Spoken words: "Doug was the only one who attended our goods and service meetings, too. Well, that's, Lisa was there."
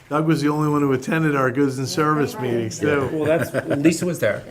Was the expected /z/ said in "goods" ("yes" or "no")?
yes